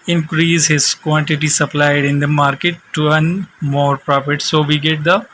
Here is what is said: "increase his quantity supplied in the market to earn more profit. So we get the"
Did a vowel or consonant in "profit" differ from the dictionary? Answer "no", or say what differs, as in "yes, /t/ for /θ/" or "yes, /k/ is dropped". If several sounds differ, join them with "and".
yes, /p/ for /f/